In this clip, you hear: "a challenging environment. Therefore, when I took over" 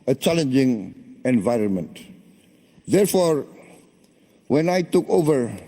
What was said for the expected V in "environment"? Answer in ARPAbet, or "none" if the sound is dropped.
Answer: V